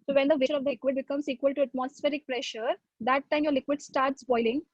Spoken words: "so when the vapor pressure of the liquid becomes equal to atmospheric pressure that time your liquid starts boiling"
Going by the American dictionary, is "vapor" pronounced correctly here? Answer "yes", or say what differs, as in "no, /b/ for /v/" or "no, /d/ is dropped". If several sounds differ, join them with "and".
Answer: no, /p/ is dropped